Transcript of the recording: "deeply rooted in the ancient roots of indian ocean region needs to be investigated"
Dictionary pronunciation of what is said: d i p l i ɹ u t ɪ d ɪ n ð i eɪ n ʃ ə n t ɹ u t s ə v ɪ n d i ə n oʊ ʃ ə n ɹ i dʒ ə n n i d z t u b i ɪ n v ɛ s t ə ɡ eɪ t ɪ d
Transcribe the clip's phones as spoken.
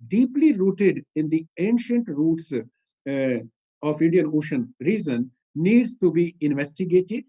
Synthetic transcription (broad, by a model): d i p l i ɹ u t ɪ d ɪ n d i eɪ n ʃ ə n t ɹ u t s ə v ɪ n d i ə n oʊ ʃ ə n ɹ i z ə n n i d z t u b i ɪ n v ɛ s t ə ɡ eɪ t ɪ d